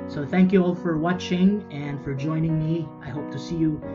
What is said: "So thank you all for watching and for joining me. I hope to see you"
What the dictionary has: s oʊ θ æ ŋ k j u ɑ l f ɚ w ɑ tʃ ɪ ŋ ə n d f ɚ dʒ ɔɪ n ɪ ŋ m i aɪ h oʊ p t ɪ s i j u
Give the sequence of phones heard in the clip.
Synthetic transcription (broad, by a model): s oʊ θ æ ŋ k j u ɑ l f ɚ w ɑ tʃ ɪ ŋ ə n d f ɚ dʒ ɔɪ n ɪ ŋ m i aɪ h oʊ p t ɪ s i j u